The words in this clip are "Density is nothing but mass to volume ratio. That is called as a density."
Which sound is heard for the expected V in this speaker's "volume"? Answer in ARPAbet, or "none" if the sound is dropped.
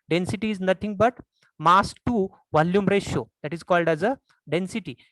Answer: V